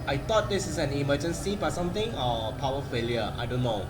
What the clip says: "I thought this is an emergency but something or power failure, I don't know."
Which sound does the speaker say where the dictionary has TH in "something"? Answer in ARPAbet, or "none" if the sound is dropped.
T